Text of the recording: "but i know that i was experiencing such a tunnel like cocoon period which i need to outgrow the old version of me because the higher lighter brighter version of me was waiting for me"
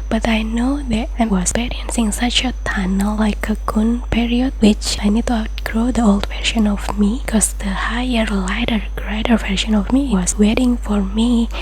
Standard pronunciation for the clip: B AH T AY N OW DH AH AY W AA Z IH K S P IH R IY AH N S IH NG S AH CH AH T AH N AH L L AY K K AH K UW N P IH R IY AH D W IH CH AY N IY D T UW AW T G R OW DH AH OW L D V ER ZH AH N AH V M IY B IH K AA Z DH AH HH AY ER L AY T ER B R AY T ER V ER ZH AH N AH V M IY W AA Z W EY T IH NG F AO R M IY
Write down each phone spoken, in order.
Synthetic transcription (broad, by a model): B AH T AY N OW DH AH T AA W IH S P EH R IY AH N S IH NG S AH CH AH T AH N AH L L AY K K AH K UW N P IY R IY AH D W IH CH AY N IY D T UW AW T G R OW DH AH OW L D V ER SH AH N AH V M IY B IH K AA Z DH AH HH AY ER L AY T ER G R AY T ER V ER SH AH N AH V M IY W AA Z W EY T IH NG F AO R M IY